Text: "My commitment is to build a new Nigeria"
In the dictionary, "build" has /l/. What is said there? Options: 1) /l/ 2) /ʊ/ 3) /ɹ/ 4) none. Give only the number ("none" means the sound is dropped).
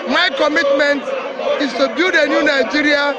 4